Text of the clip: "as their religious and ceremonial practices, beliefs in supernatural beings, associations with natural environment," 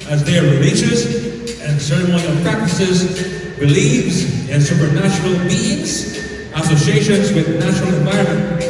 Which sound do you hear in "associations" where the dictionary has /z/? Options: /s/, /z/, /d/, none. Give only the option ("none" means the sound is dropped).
/z/